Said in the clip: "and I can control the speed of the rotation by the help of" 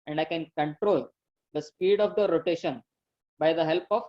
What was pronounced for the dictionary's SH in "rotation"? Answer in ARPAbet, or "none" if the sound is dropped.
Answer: SH